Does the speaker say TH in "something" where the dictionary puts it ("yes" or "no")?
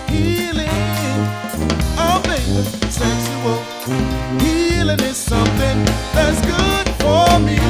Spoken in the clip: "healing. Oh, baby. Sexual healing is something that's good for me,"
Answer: yes